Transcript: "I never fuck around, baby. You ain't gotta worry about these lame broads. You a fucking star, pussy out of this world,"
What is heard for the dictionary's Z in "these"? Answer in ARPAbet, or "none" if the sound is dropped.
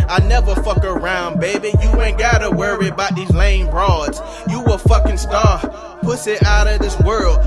Z